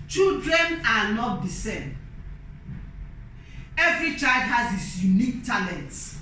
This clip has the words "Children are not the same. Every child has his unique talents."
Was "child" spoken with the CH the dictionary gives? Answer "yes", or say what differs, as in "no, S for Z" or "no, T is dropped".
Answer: yes